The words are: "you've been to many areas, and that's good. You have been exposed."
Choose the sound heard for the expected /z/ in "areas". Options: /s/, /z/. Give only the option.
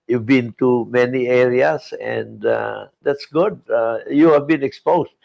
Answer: /s/